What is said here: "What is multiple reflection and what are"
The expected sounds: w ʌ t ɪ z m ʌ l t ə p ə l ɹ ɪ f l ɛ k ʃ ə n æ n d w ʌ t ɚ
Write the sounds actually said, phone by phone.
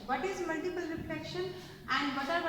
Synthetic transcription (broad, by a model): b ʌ t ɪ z m ʌ l t ə p ə l ɹ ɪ p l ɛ k ʃ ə n æ n d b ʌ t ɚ